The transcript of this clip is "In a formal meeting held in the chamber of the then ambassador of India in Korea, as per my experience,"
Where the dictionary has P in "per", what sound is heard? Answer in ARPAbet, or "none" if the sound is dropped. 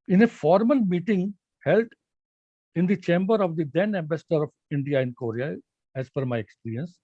F